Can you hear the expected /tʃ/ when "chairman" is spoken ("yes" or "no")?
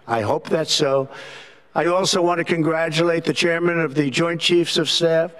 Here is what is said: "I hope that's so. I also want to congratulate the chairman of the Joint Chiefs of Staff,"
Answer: yes